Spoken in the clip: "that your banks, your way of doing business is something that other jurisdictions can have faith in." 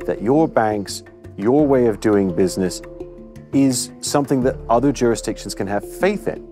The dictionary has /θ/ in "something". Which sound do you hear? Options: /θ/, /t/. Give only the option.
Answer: /θ/